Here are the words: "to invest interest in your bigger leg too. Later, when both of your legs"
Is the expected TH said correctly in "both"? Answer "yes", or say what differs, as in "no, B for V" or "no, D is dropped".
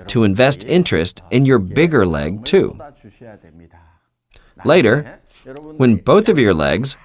yes